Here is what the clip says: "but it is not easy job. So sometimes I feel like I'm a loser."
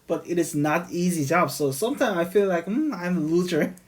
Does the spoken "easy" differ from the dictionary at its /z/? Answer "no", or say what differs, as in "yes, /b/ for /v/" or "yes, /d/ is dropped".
no